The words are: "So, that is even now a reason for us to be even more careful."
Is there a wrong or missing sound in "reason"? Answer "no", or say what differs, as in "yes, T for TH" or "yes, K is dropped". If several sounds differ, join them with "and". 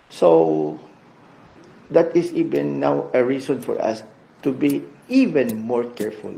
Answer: yes, S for Z